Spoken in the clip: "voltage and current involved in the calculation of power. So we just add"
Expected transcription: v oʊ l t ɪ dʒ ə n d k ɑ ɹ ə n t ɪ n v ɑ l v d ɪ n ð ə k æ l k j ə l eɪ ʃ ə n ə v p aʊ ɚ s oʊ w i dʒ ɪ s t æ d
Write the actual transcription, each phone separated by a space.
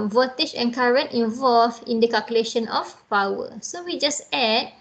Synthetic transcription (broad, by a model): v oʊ t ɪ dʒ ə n k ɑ ɹ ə n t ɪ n v ɑ l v ɪ n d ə k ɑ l k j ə l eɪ ʃ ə n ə f p aʊ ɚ s oʊ w i dʒ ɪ s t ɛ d